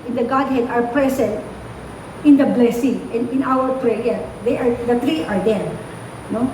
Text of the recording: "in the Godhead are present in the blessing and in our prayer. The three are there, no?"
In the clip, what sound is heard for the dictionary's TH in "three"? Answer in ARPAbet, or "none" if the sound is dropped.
T